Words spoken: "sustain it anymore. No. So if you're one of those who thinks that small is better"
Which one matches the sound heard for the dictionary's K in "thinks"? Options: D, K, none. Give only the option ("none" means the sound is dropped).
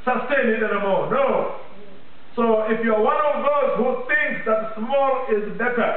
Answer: K